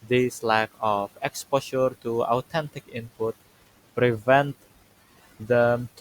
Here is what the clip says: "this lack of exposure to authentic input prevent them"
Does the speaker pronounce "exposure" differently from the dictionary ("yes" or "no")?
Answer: yes